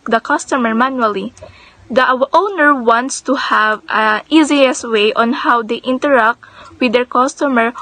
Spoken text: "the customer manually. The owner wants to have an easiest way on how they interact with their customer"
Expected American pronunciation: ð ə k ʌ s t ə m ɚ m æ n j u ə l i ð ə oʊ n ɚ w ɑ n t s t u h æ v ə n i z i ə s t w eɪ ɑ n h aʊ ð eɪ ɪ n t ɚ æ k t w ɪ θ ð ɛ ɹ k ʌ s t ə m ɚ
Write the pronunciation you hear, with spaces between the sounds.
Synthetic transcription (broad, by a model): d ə k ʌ s t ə m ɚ m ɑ n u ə l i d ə oʊ n ɚ w ɑ n t s t u h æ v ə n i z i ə s w eɪ ɑ n h aʊ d eɪ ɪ n t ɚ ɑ k t w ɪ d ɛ ɹ k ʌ s t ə m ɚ